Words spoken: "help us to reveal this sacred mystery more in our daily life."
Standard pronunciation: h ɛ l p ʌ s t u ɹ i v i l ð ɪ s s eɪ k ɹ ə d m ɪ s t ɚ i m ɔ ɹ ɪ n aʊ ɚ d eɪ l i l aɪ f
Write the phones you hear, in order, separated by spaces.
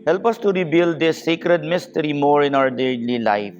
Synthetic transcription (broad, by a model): h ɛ l p ʌ s t u ɹ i b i l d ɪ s s eɪ k ɹ ə d m ɪ s t ɚ i m ɔ ɹ ɪ n aʊ ɚ d eɪ l i l aɪ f